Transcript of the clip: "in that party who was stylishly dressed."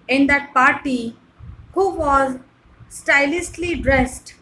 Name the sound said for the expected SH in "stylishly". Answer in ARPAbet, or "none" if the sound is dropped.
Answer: S